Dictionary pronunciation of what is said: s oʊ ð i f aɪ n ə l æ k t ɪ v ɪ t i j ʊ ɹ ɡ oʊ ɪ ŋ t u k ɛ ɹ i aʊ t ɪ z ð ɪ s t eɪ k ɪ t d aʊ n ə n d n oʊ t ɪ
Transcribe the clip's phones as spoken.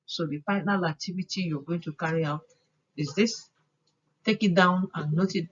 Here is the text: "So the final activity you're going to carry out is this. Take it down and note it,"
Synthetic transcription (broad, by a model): s oʊ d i p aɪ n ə l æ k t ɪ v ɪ t i j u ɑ ɡ oʊ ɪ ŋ t u k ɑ ɹ i aʊ t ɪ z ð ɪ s t eɪ k ɪ t d aʊ n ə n n oʊ t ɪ